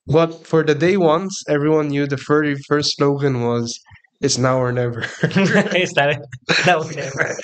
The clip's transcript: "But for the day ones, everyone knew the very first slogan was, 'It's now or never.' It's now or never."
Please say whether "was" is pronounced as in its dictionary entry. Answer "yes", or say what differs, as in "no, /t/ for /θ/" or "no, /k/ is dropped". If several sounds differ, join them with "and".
yes